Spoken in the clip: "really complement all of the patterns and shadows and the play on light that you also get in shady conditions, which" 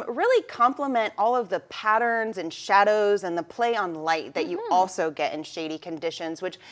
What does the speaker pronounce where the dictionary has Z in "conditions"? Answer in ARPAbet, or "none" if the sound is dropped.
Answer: Z